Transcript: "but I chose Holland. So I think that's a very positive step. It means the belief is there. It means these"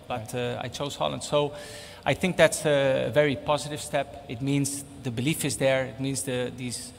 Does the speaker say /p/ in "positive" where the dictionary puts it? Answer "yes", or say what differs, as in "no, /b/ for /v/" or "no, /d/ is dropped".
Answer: yes